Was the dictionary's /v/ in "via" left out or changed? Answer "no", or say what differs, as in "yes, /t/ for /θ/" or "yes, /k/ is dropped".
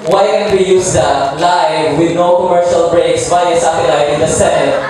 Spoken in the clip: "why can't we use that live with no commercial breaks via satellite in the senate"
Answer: yes, /w/ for /v/